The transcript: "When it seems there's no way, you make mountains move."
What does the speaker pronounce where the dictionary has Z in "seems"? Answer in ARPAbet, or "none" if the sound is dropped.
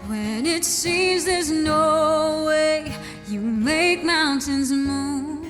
Z